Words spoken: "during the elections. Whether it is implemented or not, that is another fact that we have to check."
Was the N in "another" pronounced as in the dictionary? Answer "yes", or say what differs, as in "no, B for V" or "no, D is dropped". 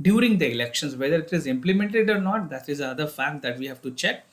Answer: no, N is dropped